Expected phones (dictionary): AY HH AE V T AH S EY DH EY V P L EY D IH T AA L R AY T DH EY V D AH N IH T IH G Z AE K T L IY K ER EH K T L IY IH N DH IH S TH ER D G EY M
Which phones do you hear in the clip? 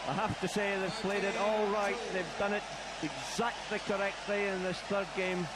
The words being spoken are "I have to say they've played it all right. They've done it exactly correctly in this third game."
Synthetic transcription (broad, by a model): AY HH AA F T AH S EY DH EY V P L EY D IH T AA L R AY T DH EY V D AH N IH T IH G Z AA K T L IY K ER EH K T L IY IH N DH IH S TH ER D G EY M